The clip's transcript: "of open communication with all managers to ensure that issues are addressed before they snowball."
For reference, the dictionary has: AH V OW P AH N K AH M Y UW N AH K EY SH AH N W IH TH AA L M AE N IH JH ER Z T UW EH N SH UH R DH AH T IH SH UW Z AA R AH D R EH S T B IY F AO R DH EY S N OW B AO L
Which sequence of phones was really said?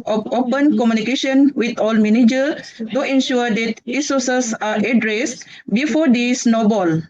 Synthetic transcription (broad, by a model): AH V OW P AH N K AH M Y UW N AH K EY SH AH N W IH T AA L M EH N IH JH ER T UW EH N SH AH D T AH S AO S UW S AA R AH D R EH S T B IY F AO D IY S N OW B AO L